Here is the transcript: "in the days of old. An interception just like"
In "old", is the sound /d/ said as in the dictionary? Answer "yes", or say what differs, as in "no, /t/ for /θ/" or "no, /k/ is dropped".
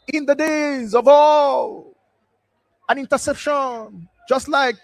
no, /d/ is dropped